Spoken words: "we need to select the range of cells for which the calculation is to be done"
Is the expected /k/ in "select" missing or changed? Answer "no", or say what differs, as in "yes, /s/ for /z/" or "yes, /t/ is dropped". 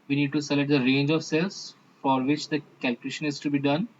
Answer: yes, /k/ is dropped